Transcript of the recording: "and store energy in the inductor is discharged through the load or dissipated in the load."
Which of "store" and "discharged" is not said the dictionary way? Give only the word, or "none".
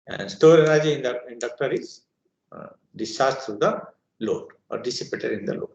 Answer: discharged